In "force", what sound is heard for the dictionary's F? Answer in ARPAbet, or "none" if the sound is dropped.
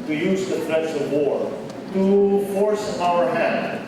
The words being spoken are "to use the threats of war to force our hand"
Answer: F